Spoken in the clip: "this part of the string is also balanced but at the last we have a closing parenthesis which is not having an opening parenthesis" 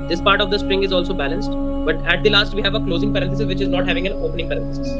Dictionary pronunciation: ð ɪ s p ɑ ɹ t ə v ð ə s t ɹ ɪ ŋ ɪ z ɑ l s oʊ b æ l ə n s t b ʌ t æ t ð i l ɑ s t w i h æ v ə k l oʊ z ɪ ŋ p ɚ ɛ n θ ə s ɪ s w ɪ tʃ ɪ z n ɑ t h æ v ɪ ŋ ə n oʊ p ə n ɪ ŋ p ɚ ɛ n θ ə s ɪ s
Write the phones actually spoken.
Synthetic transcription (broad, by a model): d ɪ s p ɑ ɹ t ə v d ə s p ɹ ɪ ŋ ɪ z ɑ l s oʊ b æ l ə n s t b ʌ t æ t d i l ɑ s t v i h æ v ə k l oʊ z ɪ ŋ p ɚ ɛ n t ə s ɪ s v ɪ tʃ ɪ z n ɑ t h æ v ɪ ŋ ə n oʊ p ə n ɪ ŋ p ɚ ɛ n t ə s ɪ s